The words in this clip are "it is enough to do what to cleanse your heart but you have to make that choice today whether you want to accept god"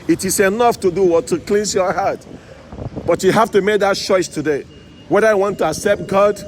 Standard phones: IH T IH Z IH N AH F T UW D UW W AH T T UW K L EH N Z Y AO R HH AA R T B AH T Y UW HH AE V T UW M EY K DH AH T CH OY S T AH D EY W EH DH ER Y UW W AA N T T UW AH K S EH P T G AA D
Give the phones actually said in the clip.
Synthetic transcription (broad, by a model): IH T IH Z IH N AH F T UW D UW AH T T UW K L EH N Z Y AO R HH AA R T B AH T Y UW HH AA F T UW M EY K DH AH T CH OY S T AH D EY W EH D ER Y W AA N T T UW AH K S EH P T G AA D